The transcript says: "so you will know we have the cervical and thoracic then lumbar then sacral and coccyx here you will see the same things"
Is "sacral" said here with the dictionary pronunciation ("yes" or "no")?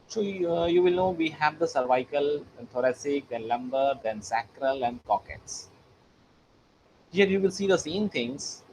yes